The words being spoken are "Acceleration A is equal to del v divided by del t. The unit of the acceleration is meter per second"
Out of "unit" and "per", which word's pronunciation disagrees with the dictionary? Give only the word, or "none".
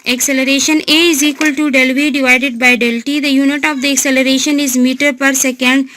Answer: none